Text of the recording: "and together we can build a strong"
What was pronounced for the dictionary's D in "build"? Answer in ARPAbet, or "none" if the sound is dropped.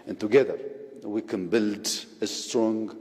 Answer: D